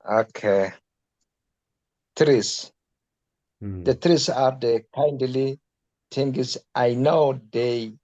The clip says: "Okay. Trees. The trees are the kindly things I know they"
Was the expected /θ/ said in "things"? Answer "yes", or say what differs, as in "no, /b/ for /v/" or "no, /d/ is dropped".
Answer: no, /t/ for /θ/